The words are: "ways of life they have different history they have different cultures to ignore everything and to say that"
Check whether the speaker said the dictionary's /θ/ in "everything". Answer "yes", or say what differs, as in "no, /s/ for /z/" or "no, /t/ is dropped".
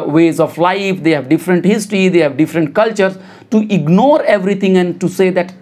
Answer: no, /t/ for /θ/